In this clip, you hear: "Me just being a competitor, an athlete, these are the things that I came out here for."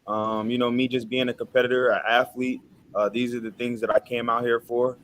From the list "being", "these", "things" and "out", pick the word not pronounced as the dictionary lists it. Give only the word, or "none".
none